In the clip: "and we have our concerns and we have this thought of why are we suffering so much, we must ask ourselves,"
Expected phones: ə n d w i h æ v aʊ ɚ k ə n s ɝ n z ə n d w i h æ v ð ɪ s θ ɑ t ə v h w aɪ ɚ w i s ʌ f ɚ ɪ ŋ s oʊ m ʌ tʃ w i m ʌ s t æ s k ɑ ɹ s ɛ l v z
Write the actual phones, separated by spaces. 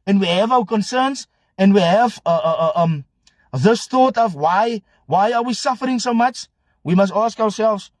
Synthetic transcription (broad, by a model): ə n w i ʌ v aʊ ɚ k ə n s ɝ n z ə n w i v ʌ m ð ɪ s θ ɑ t ə v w w aɪ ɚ w i s ʌ f ɚ ɪ ŋ s oʊ m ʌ tʃ w i m ʌ s t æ s k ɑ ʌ s ɛ l v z